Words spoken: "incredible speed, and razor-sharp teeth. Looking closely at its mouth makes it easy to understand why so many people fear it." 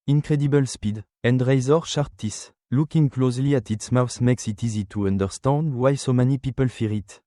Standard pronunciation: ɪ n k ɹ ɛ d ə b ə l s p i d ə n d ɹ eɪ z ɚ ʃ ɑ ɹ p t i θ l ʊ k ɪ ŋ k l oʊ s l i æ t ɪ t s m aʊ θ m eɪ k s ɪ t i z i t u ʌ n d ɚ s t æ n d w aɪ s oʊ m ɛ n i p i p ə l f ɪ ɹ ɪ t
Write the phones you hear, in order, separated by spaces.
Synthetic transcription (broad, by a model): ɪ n k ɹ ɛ d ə b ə l s p i d ə n d ɹ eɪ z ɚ ʃ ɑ ɹ t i s l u k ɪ ŋ k l oʊ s l i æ t ɪ t s m aʊ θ m eɪ k s ɪ t i z i t u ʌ n d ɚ s t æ n d w aɪ s oʊ m ɛ n i p i p ə l f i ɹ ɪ t